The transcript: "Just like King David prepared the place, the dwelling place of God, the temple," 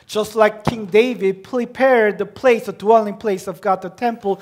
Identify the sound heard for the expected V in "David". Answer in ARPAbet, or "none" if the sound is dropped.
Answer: V